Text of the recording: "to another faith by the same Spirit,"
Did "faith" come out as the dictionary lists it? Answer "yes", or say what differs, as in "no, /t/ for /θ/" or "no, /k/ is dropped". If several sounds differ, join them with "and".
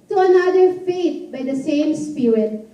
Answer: no, /t/ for /θ/